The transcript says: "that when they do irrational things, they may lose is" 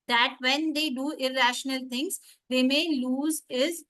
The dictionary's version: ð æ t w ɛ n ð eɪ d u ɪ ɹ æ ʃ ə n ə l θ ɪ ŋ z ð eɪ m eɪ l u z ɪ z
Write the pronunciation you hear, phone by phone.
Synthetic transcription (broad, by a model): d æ t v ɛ n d eɪ d u ɪ ɹ æ ʃ ə n ə l t ɪ ŋ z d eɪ m eɪ l u z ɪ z